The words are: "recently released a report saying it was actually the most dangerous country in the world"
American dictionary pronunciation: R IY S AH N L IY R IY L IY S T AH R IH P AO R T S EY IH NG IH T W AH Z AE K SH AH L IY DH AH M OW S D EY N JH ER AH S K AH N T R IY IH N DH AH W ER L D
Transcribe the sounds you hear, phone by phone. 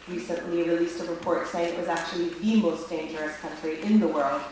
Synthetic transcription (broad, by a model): R IY S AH N L IY R IY L IY S T AH R IH P AO R T S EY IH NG IH T W AH Z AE K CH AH L IY DH AH M OW S D EY N JH ER AH S K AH N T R IY IH N DH AH W ER L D